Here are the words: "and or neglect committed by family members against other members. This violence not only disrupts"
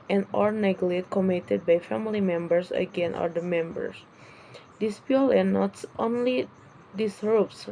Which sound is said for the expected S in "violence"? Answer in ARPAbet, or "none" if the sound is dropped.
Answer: none